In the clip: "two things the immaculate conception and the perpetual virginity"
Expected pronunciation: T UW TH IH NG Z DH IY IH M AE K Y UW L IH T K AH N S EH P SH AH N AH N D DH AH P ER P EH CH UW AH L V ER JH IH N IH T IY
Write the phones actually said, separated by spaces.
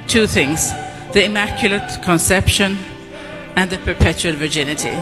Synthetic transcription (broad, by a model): T UW TH IH NG Z DH IY IH M AE K Y UW L IH T K AH N S EH P SH AH N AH N DH AH P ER P EH CH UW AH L V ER JH IH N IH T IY